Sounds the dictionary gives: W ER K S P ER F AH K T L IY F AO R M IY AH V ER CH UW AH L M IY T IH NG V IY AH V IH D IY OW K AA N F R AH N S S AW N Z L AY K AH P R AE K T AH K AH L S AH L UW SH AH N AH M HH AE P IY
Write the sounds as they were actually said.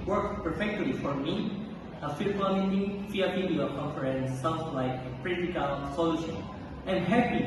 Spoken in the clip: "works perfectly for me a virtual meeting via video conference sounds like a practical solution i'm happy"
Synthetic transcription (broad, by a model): W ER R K P ER F AH K T L IY F AO R M IY AH F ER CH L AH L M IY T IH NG F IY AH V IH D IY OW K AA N F R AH N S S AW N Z L AY K AH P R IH T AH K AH L S AH L UW SH AH N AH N HH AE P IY